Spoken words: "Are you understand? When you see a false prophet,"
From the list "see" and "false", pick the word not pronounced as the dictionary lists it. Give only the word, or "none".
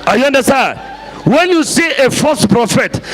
false